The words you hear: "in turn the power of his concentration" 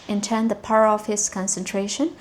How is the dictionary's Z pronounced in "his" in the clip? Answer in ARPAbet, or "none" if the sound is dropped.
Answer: S